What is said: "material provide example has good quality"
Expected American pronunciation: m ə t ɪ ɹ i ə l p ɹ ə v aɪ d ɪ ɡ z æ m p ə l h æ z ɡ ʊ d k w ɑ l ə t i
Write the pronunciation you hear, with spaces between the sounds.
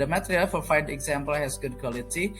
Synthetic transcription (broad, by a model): m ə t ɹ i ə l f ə f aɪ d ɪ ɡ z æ m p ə l h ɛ s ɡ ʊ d k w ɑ l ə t i